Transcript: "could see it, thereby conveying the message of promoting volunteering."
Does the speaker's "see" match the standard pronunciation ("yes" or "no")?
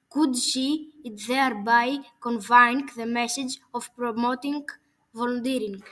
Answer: no